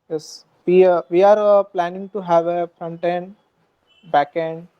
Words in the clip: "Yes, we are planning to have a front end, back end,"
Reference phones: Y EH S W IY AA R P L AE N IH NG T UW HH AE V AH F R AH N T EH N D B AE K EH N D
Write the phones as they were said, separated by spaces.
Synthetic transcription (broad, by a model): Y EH S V IY AA R P L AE N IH NG T UW HH AE V AH F R AH N T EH N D B AE K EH N D